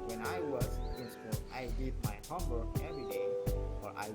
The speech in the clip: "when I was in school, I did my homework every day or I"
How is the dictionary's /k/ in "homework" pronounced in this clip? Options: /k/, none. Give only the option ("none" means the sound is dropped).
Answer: none